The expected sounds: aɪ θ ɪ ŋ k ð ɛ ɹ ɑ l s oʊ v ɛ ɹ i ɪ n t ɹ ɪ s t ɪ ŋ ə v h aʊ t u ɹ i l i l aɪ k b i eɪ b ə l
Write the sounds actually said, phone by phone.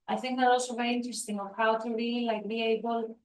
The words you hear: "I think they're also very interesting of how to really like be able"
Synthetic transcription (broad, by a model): aɪ θ ɪ ŋ k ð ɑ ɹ ɑ l s oʊ v ɛ ɹ i ɪ n t ɹ ɪ s t ɪ ŋ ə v h aʊ t u ɹ i l i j k b i eɪ b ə l